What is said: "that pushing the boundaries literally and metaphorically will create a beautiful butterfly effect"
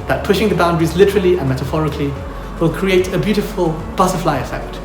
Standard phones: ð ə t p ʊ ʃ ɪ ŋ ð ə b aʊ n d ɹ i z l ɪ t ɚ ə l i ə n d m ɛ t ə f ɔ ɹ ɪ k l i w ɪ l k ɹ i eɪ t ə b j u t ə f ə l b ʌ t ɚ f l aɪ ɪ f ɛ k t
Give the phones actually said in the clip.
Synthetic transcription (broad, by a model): ð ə t p ʊ ʃ ɪ ŋ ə b aʊ n d ɹ i z l ɪ t ɚ ə l i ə n m ɛ t ə f ɔ ɹ ɪ k l i w ɪ l k ɹ i eɪ t ə b j u t ə f ə l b ʌ s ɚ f l aɪ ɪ f ɛ k t